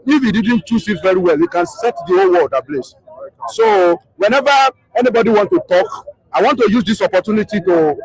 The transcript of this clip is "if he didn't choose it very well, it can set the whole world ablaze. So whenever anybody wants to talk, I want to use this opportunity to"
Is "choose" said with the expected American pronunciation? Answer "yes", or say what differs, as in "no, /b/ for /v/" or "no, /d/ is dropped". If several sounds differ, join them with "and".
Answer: no, /s/ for /z/